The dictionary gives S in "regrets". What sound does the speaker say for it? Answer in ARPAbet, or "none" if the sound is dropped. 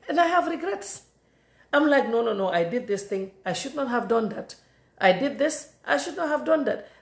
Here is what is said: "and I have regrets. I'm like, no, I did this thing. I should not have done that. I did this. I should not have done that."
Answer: S